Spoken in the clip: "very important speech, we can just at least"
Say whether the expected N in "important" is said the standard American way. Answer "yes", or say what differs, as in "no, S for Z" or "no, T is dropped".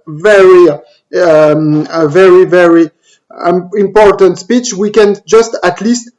yes